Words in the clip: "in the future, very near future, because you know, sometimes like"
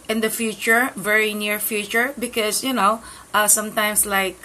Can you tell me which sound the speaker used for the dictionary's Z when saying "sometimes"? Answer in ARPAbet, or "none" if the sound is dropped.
S